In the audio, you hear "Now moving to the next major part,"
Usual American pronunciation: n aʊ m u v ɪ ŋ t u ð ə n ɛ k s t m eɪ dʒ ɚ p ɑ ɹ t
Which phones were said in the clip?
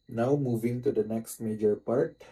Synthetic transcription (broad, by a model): n aʊ m u v ɪ ŋ t u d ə n ɛ k s t m eɪ dʒ ɚ p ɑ ɹ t